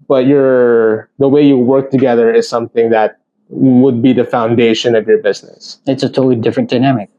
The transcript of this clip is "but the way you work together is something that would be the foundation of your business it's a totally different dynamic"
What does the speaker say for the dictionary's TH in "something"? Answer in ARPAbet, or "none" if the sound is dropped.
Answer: TH